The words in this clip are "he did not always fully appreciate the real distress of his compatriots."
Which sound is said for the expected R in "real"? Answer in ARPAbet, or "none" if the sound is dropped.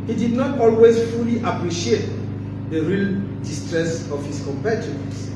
R